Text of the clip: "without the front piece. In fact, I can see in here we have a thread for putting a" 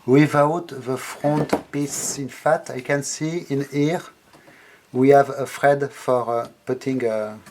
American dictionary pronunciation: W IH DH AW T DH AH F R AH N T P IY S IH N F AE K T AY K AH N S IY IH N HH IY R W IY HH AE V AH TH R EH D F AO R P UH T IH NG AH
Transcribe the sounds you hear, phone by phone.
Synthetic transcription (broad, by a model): W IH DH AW T DH AH F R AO N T P IY S IH N F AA T AY K AH N S IY IH N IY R W IY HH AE V AH F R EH D F AO R P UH T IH NG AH